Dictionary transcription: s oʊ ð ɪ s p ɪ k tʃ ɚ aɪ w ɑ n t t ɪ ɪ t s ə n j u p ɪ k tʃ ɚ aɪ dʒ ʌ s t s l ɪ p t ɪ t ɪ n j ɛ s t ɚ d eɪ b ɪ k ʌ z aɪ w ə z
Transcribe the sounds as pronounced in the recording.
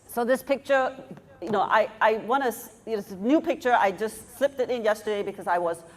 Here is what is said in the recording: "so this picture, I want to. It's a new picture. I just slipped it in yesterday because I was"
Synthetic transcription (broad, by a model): s oʊ ð ɪ s p ɪ k tʃ ɚ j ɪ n t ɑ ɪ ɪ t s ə n j u p ɪ k tʃ ɚ aɪ dʒ ʌ s t s l ɪ p t ɪ t ɪ n j ɛ s t ɚ d eɪ b ɪ k ʌ z aɪ w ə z